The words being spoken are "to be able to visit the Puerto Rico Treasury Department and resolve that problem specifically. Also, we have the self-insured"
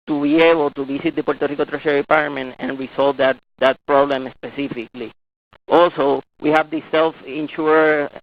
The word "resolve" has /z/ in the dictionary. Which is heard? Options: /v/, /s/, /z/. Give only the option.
/s/